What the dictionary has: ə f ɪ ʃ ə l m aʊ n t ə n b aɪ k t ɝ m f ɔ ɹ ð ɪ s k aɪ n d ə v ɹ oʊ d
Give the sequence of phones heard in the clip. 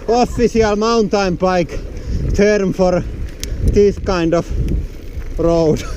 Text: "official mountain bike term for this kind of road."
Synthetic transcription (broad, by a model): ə f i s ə l m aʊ n t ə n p aɪ k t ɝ m f ɔ ɹ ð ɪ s k aɪ n d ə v ɹ oʊ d